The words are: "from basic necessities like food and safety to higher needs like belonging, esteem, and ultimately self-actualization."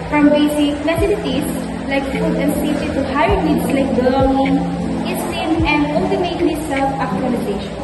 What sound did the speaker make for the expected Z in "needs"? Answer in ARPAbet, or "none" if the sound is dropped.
S